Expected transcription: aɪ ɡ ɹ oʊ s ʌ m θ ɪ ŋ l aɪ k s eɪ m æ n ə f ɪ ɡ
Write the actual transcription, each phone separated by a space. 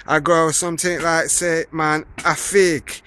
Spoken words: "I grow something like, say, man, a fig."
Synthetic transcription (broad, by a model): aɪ ɡ oʊ s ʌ m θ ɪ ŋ l aɪ k s eɪ m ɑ n ə f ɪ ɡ